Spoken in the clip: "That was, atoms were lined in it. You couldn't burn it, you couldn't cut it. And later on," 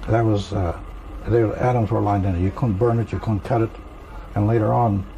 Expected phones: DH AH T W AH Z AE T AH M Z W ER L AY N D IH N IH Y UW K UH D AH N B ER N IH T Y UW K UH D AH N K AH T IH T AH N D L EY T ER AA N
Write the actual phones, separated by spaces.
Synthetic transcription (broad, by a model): DH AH T W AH Z AE T AH M Z W ER L AY N D IH N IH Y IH K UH D N B ER N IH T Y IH K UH D N K AH T IH T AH N L EY T ER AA N